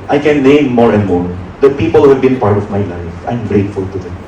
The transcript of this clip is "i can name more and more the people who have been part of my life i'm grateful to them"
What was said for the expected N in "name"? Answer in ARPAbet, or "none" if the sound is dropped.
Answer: L